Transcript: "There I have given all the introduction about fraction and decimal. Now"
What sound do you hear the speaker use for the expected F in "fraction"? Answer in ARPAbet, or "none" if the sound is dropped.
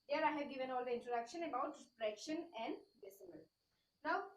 P